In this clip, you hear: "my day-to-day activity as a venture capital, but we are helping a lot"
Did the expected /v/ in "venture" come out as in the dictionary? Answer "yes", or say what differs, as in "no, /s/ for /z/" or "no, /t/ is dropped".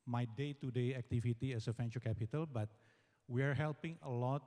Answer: no, /f/ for /v/